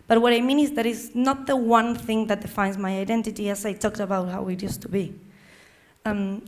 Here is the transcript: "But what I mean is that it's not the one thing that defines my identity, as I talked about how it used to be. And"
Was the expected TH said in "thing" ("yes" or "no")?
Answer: yes